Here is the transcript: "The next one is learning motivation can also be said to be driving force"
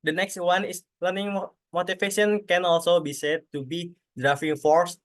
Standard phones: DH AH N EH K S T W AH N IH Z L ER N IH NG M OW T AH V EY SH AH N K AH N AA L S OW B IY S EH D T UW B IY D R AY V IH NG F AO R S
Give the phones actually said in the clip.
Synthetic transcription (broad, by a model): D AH N EH K S T W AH N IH S L ER N IH NG M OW T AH F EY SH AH N K AH N AA L S OW B IY S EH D T UW B IY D R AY F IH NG F AO R S